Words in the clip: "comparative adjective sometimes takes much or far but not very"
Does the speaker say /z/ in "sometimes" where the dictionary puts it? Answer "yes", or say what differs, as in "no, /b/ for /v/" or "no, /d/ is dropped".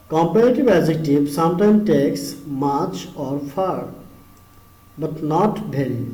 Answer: no, /z/ is dropped